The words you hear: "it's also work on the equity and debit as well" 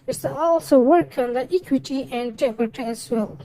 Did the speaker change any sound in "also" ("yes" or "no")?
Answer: no